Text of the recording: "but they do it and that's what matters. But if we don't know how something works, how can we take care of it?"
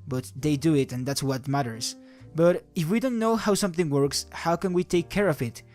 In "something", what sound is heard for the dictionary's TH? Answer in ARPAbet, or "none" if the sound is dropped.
TH